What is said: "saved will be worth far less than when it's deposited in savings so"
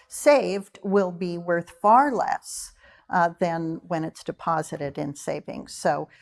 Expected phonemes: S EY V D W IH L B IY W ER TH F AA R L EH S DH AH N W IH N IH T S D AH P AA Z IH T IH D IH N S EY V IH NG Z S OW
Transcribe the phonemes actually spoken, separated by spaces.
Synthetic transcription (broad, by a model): S EY V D W IH L B IY W ER TH F AA R L EH S DH AH N W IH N IH T S D AH P AA Z IH T IH D IH N S EY V IH NG S OW